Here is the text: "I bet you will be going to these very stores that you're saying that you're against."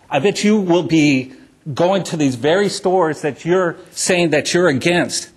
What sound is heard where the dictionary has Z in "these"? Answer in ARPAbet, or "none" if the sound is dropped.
Z